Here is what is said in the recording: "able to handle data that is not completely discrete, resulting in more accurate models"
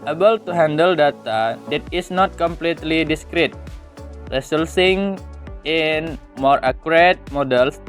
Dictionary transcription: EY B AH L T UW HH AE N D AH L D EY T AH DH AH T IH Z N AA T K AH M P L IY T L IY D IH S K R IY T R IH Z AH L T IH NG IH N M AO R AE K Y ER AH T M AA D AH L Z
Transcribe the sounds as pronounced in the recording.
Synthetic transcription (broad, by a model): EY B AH L T UW HH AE N D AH L D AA T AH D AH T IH S N AA T K AH M P L IY T L IY D IH S K R IY T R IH S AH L S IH NG IH N M AO R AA K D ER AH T M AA D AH L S